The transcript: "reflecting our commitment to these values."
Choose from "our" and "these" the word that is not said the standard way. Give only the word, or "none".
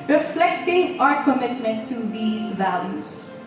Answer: none